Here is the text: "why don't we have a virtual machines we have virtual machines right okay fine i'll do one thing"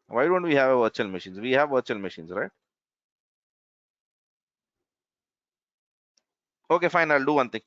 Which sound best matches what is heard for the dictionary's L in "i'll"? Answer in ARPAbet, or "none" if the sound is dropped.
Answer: L